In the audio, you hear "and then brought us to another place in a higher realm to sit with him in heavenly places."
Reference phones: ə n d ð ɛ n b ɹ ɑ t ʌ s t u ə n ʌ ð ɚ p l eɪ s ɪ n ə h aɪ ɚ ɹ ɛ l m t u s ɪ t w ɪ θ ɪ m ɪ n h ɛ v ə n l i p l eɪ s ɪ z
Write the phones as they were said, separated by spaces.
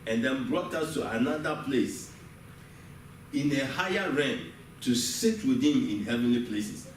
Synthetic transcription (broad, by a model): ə n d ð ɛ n b ɹ ɑ t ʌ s t u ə n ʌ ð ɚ p l eɪ s ɪ n ə h aɪ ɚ ɹ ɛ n t u s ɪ t w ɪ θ ɪ m ɪ n h ɛ v ə n l i p l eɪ s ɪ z